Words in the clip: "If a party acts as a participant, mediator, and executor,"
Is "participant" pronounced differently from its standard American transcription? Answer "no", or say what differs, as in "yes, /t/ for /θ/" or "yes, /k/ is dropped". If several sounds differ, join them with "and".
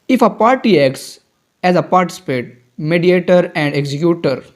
yes, /n/ is dropped